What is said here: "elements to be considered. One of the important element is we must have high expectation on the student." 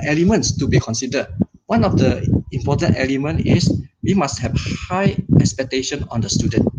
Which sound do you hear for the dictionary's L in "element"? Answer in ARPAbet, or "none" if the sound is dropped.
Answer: L